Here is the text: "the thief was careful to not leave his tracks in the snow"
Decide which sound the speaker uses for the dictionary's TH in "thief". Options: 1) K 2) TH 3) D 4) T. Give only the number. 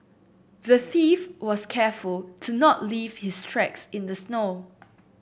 2